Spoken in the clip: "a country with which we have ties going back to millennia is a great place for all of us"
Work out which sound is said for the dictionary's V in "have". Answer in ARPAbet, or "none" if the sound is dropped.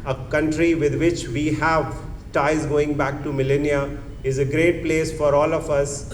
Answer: V